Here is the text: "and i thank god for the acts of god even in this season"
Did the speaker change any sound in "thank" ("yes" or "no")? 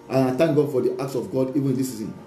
yes